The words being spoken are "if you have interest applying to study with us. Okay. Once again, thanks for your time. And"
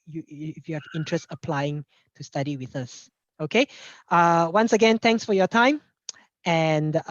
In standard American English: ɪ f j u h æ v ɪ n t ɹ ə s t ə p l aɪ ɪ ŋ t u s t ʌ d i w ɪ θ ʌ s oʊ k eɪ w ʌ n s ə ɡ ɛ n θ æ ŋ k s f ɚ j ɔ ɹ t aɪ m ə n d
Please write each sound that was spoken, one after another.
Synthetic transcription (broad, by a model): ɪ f j u h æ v ɪ n t ɹ ə s t ə p l aɪ ɪ ŋ t u s t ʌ d i w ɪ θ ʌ s oʊ k eɪ w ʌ n s ə ɡ ɛ n t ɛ ŋ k s f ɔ j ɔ t aɪ m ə n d